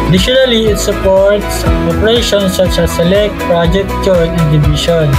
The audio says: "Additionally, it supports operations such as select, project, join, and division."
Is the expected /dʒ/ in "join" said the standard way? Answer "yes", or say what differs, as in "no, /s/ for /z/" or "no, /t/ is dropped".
no, /tʃ/ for /dʒ/